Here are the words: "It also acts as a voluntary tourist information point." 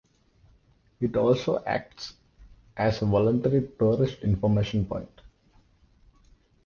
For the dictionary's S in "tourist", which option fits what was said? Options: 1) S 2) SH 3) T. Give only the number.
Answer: 2